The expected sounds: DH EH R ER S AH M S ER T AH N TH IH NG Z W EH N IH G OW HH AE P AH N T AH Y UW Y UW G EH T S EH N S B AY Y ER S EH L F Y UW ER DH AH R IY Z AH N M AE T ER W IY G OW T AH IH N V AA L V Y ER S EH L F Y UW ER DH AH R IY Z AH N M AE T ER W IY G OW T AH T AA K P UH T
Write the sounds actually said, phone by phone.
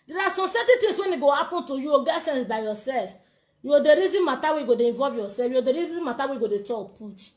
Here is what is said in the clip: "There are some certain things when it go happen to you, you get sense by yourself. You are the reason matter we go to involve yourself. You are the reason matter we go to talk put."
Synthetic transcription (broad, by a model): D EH R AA S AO M S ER T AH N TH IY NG S W EH N IH G OW HH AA P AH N T AH Y UW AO G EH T S EH N S B AY Y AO S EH L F Y UW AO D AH R IY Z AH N M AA T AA W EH G OW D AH IH N V AA L V Y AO S EH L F Y UW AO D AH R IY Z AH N M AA T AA W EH G OW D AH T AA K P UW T